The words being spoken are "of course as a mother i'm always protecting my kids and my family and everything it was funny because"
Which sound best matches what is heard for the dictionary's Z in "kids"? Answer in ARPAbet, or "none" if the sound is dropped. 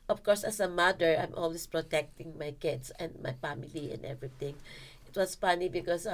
S